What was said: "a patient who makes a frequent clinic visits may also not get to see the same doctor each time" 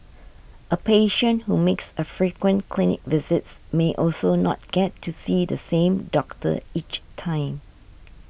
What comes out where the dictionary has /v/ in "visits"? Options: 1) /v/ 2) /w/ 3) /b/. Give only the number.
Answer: 1